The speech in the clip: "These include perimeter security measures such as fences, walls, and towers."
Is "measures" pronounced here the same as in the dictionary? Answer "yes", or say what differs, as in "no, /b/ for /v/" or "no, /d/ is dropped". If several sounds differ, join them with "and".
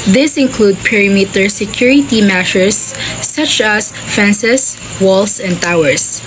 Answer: no, /ʃ/ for /ʒ/